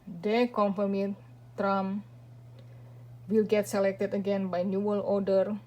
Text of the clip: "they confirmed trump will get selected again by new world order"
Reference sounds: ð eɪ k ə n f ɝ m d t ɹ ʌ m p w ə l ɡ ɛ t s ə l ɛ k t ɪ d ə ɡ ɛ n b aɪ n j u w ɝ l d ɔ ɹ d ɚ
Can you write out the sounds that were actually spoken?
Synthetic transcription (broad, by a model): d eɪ k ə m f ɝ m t t ɹ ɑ m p w ə l ɡ ɛ t s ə l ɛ k t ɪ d ə ɡ ɛ n b aɪ n j u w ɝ l ɔ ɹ d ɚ